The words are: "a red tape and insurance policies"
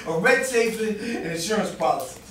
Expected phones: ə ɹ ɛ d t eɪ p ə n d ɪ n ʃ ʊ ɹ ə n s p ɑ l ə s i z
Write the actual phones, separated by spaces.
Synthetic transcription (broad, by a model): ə ɹ ɛ d s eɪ f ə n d ɪ n ʃ ʊ ɹ ə n s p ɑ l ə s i